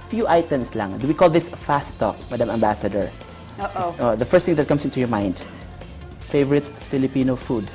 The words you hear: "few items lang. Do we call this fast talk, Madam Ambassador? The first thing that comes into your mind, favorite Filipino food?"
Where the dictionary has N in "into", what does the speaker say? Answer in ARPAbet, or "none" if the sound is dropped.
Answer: N